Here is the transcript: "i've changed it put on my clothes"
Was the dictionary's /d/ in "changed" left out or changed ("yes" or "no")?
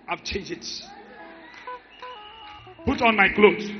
yes